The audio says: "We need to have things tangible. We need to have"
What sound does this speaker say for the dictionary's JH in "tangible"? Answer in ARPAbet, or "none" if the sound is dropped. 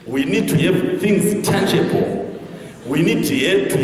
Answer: CH